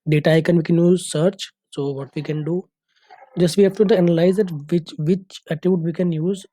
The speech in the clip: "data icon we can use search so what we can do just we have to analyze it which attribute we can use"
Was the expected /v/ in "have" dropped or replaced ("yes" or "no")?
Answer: yes